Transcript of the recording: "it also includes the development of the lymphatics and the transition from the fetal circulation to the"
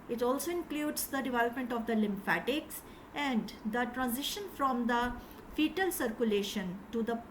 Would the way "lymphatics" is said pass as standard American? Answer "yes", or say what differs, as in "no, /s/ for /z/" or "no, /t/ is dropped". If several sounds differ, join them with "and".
yes